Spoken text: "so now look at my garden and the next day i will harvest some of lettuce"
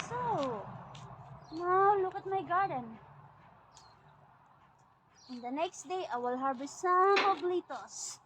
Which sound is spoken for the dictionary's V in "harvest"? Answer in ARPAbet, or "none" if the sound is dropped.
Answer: B